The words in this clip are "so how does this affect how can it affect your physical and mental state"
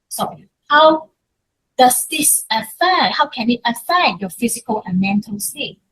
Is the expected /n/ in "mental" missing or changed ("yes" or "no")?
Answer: no